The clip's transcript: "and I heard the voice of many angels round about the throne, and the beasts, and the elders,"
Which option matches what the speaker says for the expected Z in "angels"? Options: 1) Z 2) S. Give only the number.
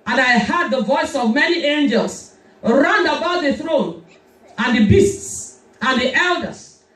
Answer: 2